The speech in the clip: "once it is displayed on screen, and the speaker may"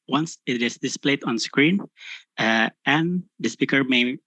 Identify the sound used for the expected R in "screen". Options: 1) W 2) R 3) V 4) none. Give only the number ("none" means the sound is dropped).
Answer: 2